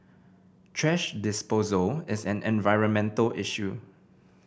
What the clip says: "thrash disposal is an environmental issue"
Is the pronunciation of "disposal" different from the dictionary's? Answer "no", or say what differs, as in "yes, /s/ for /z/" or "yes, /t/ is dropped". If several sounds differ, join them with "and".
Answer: no